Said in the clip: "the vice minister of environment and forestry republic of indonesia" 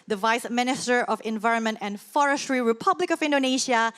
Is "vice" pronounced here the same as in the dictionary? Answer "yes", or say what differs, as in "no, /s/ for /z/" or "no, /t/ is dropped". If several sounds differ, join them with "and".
yes